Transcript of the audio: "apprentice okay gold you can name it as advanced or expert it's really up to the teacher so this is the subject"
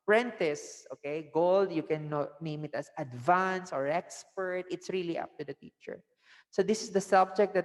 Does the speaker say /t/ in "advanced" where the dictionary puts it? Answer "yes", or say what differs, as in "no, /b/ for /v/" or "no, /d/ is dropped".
no, /t/ is dropped